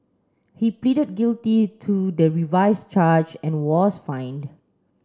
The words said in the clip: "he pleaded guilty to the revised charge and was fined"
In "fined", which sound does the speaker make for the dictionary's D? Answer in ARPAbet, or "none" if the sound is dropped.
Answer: D